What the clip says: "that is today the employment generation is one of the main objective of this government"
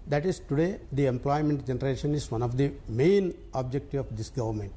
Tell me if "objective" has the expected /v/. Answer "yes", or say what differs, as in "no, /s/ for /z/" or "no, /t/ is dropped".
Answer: no, /v/ is dropped